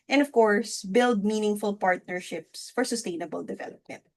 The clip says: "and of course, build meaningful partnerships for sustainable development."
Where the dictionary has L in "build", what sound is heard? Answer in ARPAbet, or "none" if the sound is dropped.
L